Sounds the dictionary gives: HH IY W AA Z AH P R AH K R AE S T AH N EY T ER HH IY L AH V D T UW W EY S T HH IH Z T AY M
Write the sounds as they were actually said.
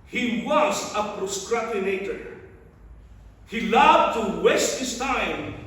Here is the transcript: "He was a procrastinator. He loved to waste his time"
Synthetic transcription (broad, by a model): HH IY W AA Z AH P R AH K R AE T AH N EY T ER HH IY L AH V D T UW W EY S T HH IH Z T AY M